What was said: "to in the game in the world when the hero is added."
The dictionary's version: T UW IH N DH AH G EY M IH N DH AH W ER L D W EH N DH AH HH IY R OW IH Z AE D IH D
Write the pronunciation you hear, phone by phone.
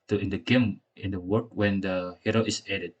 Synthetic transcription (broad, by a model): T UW IH N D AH G EY M IH N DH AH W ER D W EH N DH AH HH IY R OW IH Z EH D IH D